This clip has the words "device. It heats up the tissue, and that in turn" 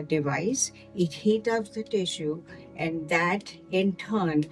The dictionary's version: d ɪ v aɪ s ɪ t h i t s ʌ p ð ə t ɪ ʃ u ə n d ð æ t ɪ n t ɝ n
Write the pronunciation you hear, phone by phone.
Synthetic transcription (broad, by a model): d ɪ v aɪ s ɪ t h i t ʌ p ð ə t ɪ ʃ u ə n d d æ t ɪ n t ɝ n